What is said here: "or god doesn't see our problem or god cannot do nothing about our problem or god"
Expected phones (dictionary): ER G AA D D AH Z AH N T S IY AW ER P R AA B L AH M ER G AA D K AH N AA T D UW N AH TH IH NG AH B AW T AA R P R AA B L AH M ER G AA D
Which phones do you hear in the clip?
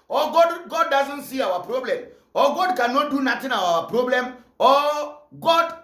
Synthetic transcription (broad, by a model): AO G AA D D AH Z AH N T S IY AW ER P R AA B L AH M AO G AA D K AH N AA T D UW N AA T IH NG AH AW AA P R AA B L AH M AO G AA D